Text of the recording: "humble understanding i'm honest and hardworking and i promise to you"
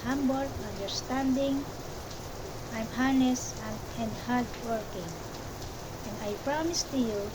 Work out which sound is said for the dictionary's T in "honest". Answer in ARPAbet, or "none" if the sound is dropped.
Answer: none